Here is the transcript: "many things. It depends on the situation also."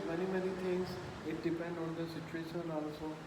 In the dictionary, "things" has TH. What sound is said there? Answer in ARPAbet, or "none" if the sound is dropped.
T